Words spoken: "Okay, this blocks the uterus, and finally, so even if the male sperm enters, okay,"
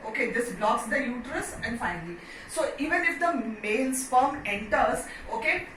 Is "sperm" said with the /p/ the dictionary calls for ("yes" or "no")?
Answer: no